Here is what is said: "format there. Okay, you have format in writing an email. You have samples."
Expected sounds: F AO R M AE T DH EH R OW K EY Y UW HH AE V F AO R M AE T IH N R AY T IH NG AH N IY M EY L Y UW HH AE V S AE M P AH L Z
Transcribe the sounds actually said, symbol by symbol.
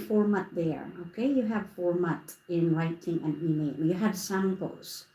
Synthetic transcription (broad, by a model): F AO R M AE T DH EH R OW K EY Y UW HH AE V F AO R M AE T IH N R AY T IH NG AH N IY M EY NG Y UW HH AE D S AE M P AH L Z